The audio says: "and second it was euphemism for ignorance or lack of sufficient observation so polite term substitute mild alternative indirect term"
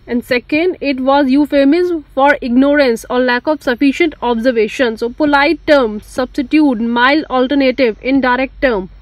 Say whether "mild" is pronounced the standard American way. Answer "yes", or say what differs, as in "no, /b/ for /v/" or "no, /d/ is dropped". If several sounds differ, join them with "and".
no, /d/ is dropped